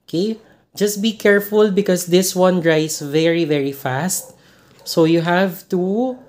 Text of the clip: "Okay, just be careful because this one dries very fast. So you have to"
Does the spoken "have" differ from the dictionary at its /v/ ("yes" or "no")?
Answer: no